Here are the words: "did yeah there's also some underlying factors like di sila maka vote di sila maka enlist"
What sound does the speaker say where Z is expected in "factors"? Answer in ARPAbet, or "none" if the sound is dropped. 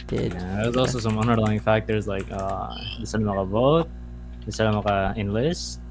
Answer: Z